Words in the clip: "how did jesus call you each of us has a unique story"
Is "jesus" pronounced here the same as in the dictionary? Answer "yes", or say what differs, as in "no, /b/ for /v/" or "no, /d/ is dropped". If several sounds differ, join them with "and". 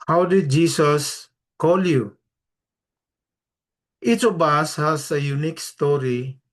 no, /s/ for /z/